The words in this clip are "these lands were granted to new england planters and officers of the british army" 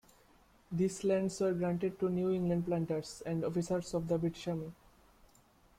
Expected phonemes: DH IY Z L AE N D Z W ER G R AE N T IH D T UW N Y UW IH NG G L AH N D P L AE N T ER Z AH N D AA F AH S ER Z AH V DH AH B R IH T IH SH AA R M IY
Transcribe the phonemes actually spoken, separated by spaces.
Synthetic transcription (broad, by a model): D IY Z L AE N D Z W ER G R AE N T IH D T UW N Y UW IH NG G L AH N D P L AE N T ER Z AH N D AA F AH S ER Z AH V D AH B IH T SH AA M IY